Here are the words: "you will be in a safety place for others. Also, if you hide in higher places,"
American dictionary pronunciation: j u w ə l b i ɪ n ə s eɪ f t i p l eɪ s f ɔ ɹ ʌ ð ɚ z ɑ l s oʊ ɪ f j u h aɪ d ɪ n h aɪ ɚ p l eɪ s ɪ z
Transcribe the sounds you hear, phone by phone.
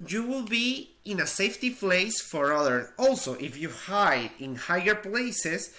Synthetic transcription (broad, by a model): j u w ə l b i ɪ n ə s eɪ f t i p l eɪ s f ɔ ɹ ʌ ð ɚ ɑ l s oʊ ɪ f j u h aɪ d ɪ n h aɪ ɚ p l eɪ s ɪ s